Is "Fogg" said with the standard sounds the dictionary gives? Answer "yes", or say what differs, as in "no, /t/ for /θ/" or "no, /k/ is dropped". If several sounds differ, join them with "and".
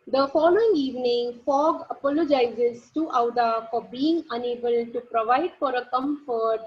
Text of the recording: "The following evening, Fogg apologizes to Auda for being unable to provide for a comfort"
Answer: yes